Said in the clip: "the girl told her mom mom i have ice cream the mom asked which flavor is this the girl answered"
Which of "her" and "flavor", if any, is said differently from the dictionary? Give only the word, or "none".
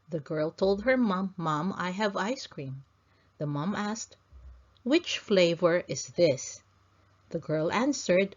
none